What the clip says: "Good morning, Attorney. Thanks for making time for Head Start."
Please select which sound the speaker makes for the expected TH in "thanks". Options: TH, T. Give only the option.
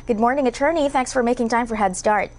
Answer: TH